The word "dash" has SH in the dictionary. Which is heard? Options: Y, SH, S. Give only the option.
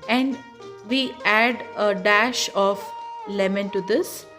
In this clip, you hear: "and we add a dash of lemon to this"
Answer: SH